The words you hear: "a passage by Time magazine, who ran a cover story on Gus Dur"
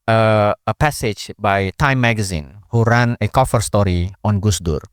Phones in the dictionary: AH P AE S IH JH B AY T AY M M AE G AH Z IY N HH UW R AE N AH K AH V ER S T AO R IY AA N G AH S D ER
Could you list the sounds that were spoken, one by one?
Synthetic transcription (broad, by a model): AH P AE S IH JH B AY T AY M M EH G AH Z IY N HH UW R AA N AH K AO F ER S T AO R IY AA N G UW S D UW